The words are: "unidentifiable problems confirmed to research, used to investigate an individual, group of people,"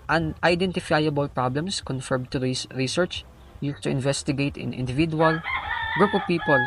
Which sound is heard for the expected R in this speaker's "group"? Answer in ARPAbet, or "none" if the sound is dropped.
R